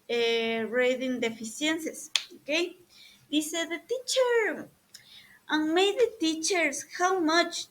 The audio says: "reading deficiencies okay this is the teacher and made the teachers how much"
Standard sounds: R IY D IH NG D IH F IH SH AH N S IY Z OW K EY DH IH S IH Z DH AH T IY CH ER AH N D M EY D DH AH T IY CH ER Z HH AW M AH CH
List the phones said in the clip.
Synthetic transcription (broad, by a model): R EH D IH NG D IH F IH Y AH N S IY S OW K EY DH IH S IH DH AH T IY CH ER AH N M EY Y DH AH T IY CH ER S HH AW M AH CH